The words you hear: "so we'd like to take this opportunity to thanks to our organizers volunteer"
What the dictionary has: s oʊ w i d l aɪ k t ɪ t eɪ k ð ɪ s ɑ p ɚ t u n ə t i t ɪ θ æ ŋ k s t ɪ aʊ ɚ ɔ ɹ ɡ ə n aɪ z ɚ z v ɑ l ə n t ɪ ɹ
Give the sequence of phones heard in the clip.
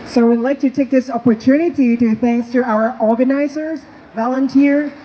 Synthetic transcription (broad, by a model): s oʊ w i d l aɪ k t ɪ t eɪ k ð ɪ s ɑ p ɚ t u n ə t i t ɪ θ æ ŋ k s t ɪ aʊ ɚ ɔ ɹ ɡ ə n aɪ z ɚ z v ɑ l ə n t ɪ ɹ